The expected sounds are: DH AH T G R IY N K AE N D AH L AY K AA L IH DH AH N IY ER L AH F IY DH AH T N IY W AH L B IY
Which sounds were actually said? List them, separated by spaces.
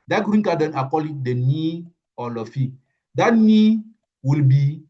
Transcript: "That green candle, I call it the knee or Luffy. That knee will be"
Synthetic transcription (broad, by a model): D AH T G R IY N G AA D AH N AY K AA L IH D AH N IY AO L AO F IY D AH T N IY W AH L B IY